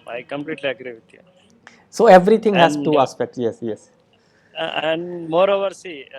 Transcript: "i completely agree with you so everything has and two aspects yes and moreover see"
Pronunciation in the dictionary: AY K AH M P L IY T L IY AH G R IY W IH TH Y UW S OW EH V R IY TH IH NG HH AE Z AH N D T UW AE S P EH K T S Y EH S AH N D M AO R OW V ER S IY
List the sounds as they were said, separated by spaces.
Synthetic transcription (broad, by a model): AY K AH M P L IY T L IY AH G R IY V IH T Y UW S OW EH V R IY T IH NG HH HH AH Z T UW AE S P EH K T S Y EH S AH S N M AO R OW V ER S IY